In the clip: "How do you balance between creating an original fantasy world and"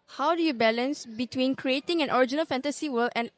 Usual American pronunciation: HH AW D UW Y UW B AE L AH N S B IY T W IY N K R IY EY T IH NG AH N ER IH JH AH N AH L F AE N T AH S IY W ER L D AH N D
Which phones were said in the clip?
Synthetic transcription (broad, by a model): HH AW D UW Y UW B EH L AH N S B IY T W IY N K R IY EY T IH NG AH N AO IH JH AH N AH L F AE N T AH S IY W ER L AH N